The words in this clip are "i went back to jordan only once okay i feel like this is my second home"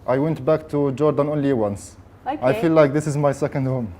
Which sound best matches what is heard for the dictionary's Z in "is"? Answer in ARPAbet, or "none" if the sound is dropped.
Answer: Z